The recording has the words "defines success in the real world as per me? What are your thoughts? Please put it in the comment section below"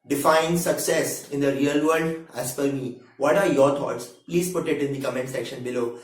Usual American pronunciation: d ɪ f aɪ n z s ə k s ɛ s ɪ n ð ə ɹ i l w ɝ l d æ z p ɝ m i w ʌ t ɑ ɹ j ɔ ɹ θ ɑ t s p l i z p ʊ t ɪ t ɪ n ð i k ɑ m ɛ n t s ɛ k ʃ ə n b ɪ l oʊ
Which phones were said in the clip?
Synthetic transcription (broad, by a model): d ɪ f aɪ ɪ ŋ s ə k s ɛ s ɪ n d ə ɹ i l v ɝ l d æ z f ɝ m i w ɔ t ɑ ɹ j ɔ ɹ t ɑ t s p l i z p ʊ t ɪ t ɪ n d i k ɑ m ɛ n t s ɛ k ʃ ə n b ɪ l oʊ